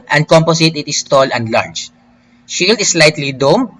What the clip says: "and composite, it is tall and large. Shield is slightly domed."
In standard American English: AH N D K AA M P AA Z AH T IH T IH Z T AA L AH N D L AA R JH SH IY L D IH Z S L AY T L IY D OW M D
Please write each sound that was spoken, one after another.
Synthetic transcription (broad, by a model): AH N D K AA M P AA S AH T IH T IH S T AA L AH N D L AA R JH SH IY L D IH S L AY T L IY D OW M